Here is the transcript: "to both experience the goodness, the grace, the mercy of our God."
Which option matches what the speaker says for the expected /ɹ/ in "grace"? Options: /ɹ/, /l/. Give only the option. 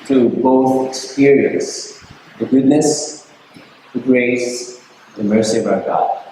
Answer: /ɹ/